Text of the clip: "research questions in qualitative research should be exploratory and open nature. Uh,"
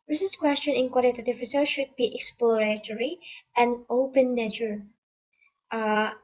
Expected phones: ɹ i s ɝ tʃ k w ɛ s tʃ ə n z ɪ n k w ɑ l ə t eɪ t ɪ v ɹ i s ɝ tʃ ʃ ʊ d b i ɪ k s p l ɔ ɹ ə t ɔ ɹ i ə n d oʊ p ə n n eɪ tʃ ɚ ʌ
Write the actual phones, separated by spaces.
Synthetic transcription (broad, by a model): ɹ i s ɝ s k w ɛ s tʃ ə n ɪ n k w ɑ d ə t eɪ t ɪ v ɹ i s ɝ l ʃ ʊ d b i ɪ k s p l ɔ ɹ ə t ɔ ɹ i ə n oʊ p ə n n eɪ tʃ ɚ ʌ